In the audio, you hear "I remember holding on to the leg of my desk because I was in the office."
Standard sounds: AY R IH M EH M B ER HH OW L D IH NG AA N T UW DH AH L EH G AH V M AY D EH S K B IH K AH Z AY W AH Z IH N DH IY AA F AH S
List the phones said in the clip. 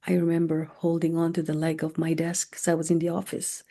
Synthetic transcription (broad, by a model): AY R IH M EH M B ER HH OW L D IH NG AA N T UW DH AH L EH G AH V M AY D EH S K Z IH AH W AH Z IH N DH IY AA F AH S